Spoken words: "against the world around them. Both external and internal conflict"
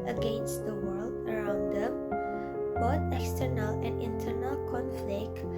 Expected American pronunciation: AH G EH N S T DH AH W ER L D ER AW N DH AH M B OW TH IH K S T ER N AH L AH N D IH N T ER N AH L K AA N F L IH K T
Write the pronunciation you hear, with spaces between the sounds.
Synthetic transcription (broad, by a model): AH G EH N S T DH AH W ER L D ER AW N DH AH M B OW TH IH K S T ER N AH L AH N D IH N T ER N AH L K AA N F L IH K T